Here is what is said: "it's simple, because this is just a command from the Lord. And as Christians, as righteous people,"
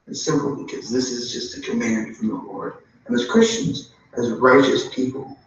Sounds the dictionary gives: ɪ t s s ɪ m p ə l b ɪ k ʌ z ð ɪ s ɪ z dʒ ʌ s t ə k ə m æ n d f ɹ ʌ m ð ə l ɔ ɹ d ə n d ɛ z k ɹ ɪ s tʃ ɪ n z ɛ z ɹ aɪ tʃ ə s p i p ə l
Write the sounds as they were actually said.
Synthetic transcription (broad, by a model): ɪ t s s ɪ m p l b ɪ k ʌ z ð ɪ s ɪ z dʒ ʌ s t ə k ə m æ n d f ɹ ʌ m ð ə l ɔ ɹ d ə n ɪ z k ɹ ɪ s tʃ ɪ n z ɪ z ɹ aɪ tʃ ə s p i p l